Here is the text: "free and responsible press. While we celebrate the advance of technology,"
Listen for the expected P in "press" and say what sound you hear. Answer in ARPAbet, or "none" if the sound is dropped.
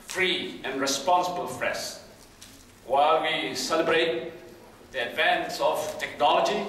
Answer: F